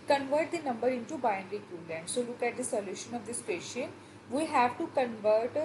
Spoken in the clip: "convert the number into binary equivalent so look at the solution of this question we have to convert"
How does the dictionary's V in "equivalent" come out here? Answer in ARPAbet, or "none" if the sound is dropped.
none